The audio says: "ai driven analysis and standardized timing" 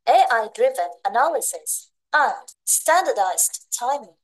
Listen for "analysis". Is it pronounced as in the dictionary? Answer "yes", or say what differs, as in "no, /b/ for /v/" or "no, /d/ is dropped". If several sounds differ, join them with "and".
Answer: yes